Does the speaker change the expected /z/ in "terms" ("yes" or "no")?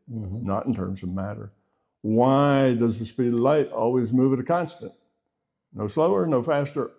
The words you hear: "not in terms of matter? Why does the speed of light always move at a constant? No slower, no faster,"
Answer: no